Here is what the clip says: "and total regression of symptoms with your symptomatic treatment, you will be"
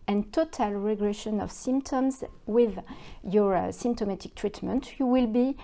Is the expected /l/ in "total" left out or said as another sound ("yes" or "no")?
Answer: no